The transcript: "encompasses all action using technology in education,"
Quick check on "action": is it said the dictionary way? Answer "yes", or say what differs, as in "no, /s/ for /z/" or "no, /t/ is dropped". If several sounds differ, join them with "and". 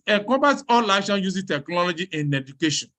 no, /k/ is dropped